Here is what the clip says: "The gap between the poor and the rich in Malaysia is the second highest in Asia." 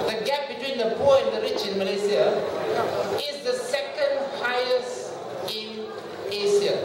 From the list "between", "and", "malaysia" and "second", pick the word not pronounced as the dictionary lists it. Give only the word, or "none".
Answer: malaysia